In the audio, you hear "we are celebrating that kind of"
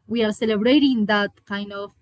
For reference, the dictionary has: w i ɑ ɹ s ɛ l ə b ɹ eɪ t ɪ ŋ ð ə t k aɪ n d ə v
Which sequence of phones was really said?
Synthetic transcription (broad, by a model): w i ɑ ɹ s ɛ l ə b ɹ eɪ t ɪ ŋ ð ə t k aɪ n d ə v